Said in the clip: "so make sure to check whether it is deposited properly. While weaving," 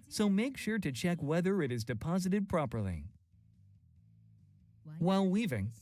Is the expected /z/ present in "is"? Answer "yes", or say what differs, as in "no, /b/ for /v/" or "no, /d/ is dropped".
yes